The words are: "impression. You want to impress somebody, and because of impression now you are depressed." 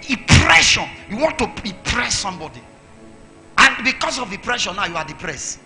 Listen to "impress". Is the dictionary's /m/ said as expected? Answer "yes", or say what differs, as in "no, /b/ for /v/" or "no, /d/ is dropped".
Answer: no, /m/ is dropped